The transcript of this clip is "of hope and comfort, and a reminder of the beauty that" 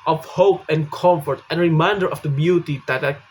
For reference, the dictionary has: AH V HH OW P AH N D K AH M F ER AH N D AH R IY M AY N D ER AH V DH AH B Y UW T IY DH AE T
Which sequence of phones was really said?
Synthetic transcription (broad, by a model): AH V HH OW P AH N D K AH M F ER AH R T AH R IY M AY N D ER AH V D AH B Y UW T IY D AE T